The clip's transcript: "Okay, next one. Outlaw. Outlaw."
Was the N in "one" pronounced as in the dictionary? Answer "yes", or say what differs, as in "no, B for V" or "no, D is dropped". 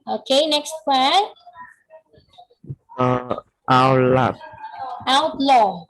no, N is dropped